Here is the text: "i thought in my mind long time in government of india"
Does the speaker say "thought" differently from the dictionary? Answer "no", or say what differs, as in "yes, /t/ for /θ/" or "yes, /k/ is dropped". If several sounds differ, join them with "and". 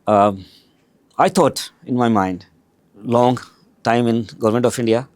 yes, /t/ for /θ/